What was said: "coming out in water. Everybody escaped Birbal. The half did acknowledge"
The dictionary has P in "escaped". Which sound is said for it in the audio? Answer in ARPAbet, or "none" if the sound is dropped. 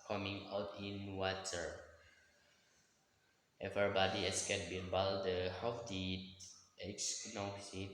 none